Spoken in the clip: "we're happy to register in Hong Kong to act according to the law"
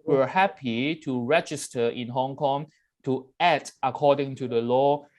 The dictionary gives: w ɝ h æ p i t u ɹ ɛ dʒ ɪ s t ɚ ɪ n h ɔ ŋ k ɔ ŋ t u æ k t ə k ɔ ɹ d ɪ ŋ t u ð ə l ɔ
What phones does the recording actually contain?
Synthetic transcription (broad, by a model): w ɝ h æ p i t u ɹ ɛ dʒ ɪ s t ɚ ɪ n h ɔ ŋ k ɔ ŋ t u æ t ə k ɔ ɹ d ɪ ŋ t u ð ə l ɔ